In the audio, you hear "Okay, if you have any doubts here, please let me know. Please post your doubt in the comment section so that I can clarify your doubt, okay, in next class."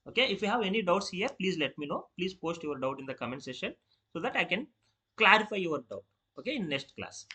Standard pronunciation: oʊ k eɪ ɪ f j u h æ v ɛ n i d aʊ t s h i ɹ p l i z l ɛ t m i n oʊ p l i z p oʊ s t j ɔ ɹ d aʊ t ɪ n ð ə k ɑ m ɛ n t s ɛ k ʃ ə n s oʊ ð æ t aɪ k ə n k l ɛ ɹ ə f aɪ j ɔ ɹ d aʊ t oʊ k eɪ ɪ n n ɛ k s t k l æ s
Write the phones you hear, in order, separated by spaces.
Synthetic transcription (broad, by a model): oʊ k eɪ ɪ f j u h æ v ɛ n i d aʊ t s h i ɹ p l i z l ɛ t m i n oʊ p l i z p oʊ s t j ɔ ɹ d aʊ t ɪ n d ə k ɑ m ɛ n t s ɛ ʃ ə n s oʊ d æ t aɪ k ə n k l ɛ ɹ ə f aɪ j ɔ ɹ d aʊ t oʊ k eɪ ɪ n n ɛ k s t k l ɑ s